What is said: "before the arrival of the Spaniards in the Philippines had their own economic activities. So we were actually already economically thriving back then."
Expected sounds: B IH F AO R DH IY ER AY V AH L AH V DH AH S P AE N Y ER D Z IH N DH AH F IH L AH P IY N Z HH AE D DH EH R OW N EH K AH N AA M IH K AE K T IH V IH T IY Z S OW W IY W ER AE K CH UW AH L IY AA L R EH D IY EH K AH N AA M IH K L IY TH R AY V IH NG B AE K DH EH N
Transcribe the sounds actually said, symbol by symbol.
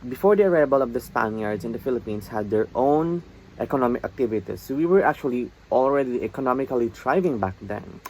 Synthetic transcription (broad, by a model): B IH F AO R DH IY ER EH B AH L AH V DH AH S P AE N Y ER D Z IH N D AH F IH L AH P IY N S HH AE D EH R OW N EH K AH N AA M IH K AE K T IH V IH T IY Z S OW W IY W ER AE K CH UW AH L IY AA L R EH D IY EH K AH N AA M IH K L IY T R AY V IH NG B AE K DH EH N